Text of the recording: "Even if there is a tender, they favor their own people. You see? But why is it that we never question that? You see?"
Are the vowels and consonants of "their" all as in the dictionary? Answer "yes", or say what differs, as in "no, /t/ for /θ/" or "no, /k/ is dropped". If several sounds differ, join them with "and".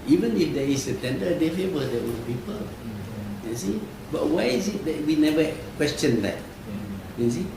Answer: no, /w/ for /ɹ/